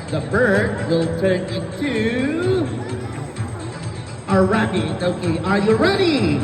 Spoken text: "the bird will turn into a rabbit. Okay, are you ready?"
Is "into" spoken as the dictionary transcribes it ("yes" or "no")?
no